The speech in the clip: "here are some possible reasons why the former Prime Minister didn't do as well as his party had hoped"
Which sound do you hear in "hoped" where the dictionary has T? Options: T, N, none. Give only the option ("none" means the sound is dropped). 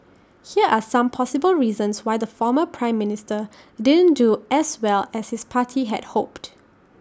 T